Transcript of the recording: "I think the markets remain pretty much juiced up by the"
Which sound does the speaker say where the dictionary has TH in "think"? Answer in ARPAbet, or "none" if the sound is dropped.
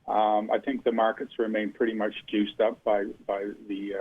TH